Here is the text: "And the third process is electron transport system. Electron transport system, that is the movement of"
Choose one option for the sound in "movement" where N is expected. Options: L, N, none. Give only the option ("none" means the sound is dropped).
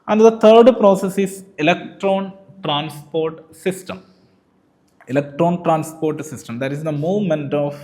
N